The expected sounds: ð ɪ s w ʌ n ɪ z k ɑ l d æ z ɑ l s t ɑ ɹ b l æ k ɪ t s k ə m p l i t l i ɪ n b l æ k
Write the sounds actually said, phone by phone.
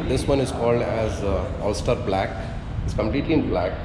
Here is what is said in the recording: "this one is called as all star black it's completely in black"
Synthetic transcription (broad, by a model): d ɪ s w ʌ n ɪ z k ɑ l d æ z ɑ l s t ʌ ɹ b l æ k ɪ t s k ə m p l i t l i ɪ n b l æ k